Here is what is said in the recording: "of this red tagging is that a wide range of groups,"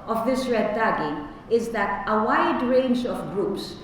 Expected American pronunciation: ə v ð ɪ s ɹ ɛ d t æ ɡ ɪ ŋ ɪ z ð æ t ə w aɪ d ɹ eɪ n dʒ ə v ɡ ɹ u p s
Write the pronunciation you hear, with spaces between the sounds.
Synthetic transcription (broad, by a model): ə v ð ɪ s ɹ ɛ d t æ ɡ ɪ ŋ ɪ z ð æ t ə w aɪ d ɹ eɪ n dʒ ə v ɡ ɹ u p s